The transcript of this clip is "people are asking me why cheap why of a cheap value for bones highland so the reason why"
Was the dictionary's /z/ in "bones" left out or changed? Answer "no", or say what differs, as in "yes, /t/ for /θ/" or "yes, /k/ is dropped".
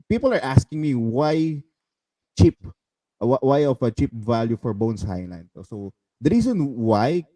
yes, /s/ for /z/